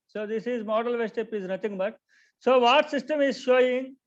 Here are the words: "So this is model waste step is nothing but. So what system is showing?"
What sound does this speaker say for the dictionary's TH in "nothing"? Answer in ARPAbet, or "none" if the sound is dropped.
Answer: T